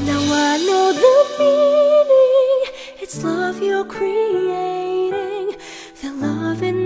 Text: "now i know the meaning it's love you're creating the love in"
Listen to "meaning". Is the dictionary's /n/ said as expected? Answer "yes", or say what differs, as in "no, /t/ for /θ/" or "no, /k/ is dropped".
no, /l/ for /n/